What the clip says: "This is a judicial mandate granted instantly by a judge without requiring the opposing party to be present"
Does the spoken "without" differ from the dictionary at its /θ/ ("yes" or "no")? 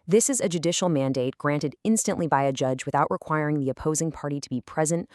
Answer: no